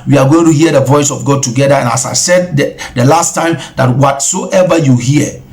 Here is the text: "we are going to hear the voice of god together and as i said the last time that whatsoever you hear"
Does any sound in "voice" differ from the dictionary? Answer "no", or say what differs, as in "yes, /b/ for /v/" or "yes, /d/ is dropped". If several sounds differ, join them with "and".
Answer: no